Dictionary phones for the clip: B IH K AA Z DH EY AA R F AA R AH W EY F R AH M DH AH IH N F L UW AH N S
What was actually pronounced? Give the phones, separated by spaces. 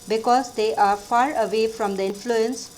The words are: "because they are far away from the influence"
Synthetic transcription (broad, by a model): B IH K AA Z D EY AA R F AA R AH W EY F R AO M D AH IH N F L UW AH N S